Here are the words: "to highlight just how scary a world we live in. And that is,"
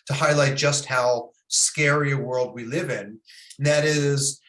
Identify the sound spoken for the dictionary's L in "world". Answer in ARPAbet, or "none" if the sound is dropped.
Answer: L